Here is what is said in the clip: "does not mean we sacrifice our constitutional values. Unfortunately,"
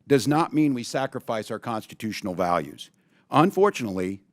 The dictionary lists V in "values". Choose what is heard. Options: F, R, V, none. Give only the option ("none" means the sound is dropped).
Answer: V